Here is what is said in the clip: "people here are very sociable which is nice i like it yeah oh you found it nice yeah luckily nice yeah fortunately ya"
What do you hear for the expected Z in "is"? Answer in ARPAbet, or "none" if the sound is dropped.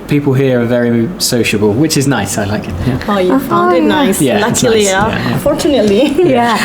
Z